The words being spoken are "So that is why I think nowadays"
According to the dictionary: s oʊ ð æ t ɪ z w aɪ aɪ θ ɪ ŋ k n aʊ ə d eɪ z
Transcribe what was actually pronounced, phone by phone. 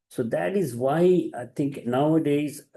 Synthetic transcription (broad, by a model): s oʊ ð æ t ɪ z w aɪ aɪ t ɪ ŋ k n aʊ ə d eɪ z